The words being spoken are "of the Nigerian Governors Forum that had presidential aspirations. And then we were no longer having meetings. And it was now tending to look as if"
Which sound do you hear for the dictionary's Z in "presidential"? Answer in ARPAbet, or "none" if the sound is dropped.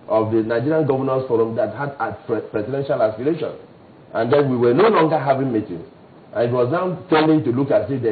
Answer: S